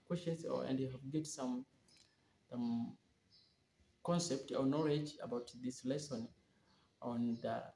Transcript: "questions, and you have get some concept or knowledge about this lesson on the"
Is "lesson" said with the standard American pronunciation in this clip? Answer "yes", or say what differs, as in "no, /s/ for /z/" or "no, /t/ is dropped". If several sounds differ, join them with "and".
yes